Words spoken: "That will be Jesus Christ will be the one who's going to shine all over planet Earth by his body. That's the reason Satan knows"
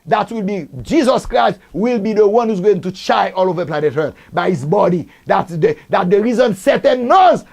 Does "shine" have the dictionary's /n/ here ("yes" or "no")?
no